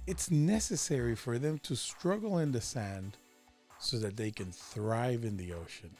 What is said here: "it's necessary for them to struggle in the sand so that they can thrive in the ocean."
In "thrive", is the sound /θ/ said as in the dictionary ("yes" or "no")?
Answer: yes